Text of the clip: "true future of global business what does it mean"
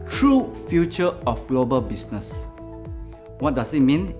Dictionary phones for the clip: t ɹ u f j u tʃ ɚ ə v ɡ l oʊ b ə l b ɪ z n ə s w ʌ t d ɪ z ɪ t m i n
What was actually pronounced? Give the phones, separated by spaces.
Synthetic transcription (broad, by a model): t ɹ u f j u tʃ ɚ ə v ɡ l oʊ b ə l b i s n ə s w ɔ t d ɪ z ɪ t m i n